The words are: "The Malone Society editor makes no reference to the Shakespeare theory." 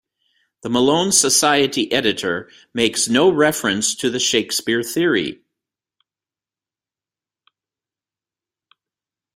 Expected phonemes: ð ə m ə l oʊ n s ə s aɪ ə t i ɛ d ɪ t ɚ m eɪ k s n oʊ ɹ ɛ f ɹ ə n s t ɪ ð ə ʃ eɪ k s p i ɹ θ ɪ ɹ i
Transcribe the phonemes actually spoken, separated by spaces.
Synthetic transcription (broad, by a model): ð ə m ə l oʊ n s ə s aɪ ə t i ɛ d ɪ t ɚ m eɪ k s n oʊ ɹ ɛ f ɹ ə n s t ɪ ð ə ʃ eɪ k s p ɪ ɹ θ ɪ ɹ i